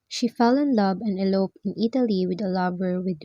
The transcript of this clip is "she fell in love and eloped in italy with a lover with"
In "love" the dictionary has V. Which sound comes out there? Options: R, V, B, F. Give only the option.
B